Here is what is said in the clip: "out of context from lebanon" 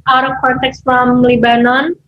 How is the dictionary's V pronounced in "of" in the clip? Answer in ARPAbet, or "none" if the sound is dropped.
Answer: P